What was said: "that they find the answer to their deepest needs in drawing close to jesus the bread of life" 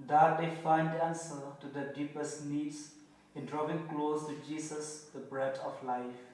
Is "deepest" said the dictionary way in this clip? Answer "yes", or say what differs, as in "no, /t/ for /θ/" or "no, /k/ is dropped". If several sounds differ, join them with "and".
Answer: yes